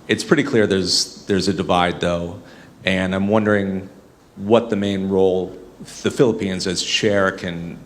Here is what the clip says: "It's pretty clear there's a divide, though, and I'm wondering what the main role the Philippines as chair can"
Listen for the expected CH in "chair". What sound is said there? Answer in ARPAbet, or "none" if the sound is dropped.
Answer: SH